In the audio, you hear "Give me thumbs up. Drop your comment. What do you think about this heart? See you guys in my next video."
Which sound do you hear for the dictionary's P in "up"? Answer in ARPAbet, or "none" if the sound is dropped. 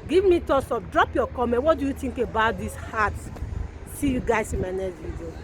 F